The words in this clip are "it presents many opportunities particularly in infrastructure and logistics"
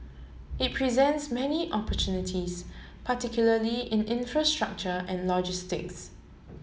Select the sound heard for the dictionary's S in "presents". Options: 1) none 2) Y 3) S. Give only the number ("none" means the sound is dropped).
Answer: 3